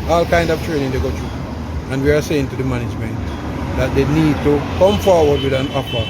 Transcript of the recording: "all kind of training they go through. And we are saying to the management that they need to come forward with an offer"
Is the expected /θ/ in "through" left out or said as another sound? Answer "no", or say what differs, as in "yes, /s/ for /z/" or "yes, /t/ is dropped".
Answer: yes, /t/ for /θ/